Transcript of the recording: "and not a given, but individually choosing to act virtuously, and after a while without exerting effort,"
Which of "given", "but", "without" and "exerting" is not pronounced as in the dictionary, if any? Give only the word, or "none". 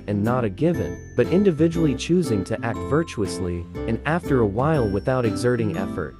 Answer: none